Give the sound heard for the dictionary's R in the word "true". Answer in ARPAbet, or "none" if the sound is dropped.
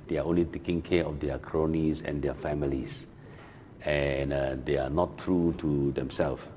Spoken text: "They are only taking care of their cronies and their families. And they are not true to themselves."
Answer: R